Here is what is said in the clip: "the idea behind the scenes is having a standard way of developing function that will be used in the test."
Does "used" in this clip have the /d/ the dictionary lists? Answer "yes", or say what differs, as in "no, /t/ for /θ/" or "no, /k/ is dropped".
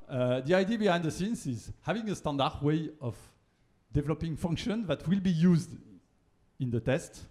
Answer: yes